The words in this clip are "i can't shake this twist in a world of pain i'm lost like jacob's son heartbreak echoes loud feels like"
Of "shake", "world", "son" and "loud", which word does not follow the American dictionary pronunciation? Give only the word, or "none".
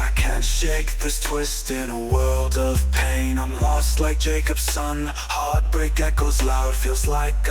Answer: none